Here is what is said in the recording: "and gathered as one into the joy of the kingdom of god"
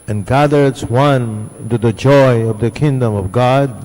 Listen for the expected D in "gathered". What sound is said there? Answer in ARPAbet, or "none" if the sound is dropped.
none